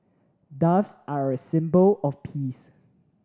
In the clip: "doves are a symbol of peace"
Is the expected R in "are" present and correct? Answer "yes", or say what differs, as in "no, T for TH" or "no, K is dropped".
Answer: yes